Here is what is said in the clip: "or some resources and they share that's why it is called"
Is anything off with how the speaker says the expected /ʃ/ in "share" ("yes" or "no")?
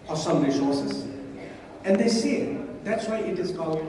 yes